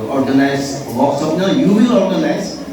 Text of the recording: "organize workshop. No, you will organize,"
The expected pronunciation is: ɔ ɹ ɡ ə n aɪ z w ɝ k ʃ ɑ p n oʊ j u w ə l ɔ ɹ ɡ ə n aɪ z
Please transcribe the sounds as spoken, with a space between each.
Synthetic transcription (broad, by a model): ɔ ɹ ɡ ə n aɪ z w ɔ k s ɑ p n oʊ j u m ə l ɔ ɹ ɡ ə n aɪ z